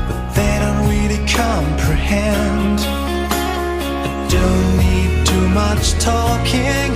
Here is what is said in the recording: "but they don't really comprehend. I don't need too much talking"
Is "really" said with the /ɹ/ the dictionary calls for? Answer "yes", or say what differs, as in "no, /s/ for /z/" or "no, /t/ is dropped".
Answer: no, /w/ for /ɹ/